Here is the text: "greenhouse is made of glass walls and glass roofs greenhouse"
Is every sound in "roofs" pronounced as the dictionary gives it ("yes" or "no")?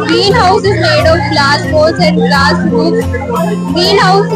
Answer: no